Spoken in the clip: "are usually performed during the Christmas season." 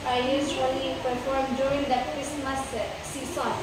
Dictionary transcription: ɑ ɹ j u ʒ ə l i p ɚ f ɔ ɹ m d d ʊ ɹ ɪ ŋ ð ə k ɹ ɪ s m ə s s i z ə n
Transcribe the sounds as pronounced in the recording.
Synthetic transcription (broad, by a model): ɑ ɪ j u s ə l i p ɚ f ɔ ɹ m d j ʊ ɹ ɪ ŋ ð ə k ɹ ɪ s m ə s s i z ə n